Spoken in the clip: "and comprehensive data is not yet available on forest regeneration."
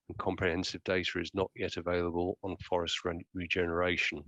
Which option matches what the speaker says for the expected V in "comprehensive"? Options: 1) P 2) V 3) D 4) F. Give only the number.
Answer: 2